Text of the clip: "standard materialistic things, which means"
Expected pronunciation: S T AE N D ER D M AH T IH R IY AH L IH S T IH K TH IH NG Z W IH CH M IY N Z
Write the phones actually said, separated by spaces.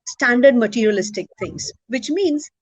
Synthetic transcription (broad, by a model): S T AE N D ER D M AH T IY R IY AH L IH S T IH K T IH NG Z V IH CH M IY N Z